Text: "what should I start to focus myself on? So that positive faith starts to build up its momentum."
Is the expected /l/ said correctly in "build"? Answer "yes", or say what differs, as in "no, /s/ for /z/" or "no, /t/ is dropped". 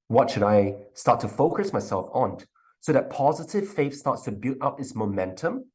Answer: no, /l/ is dropped